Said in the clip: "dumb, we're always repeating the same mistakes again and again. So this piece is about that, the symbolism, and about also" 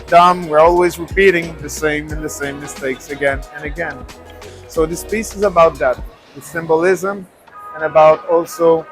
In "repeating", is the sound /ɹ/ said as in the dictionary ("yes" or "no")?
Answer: yes